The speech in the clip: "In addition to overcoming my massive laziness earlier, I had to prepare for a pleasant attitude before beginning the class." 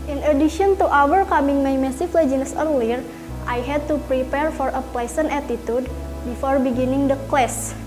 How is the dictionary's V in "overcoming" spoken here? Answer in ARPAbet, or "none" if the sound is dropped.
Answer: W